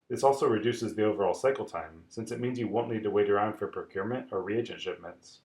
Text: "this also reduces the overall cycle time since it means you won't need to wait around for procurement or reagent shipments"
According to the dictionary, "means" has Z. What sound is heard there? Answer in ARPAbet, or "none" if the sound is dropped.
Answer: Z